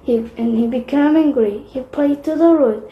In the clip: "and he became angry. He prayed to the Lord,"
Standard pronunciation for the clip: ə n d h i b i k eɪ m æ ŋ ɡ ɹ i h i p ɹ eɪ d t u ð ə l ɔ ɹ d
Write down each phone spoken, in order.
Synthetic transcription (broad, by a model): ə n h i b i k eɪ m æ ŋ ɡ ɹ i h i p l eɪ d t u ð ə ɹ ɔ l